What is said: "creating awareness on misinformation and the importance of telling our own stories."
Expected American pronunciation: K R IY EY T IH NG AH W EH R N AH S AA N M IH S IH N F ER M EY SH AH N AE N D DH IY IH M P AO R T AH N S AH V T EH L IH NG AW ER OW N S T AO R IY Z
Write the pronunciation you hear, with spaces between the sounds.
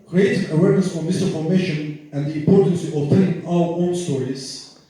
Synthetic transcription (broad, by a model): K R IY EY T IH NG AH W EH R N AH S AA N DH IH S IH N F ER M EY SH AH N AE N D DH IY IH M P AO R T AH N S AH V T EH IH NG AW ER OW N S T AO R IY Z